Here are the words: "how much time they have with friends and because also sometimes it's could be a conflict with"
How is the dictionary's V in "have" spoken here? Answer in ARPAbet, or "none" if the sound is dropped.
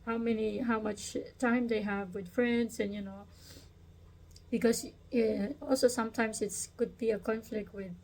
V